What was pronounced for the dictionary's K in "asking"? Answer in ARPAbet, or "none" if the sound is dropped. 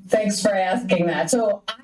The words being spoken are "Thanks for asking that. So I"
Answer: K